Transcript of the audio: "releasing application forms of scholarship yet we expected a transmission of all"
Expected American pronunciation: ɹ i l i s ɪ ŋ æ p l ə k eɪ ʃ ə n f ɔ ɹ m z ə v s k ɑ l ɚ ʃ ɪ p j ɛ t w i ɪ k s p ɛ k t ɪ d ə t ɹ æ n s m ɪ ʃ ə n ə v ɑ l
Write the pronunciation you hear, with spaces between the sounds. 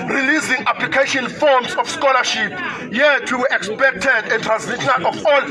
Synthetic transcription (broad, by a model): ɹ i l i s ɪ ŋ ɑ p l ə k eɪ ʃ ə n f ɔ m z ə f s k ɑ l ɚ ʃ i p j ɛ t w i ɪ k s p ɛ k t ɪ d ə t ɹ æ n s i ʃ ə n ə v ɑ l